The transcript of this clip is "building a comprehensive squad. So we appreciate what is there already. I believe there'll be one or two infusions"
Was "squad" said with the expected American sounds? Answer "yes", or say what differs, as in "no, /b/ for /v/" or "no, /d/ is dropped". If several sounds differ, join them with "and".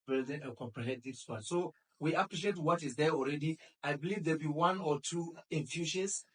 no, /k/ is dropped